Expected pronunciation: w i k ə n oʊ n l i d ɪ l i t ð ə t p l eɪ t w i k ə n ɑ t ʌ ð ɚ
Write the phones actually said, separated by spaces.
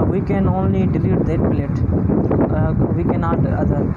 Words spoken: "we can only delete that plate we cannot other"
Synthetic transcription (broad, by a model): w i k ə n oʊ n l i d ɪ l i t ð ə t b l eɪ t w i k ə n ɑ t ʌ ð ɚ